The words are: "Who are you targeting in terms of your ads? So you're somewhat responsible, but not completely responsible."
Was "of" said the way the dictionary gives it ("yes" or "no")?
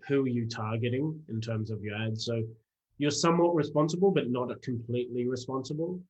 yes